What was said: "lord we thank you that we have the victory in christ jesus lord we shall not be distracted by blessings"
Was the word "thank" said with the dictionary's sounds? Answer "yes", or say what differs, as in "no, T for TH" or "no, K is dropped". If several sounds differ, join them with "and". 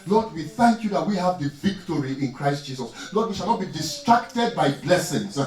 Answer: yes